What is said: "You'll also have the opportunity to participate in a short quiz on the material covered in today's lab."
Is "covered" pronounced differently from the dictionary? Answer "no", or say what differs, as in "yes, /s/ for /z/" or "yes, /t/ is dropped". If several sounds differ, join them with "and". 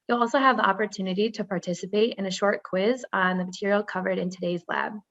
no